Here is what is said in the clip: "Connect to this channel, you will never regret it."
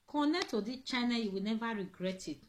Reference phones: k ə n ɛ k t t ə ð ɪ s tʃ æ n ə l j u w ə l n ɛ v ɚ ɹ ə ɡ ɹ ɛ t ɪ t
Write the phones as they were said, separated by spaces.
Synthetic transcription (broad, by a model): k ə n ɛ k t t ə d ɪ tʃ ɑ n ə j u w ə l n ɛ v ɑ ɹ ə ɡ ɹ ɛ t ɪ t